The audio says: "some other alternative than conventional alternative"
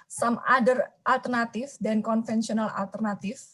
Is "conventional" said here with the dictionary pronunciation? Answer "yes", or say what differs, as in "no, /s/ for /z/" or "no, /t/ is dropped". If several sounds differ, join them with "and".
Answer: no, /f/ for /v/